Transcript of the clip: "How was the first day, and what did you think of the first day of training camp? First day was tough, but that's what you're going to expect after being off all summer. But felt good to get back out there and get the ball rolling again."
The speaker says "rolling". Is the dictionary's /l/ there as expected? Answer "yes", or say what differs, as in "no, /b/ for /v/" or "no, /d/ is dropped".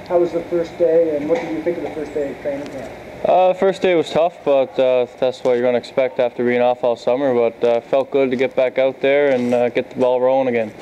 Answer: no, /l/ is dropped